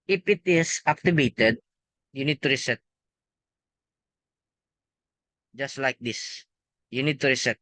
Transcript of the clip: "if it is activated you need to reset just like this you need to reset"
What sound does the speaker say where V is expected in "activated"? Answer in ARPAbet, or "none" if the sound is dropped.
B